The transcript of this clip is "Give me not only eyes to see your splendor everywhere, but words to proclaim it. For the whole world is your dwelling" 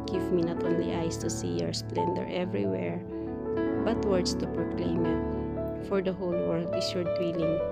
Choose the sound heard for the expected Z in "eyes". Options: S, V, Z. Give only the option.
S